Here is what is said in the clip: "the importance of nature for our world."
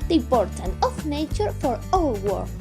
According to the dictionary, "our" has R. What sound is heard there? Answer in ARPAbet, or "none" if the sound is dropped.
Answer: L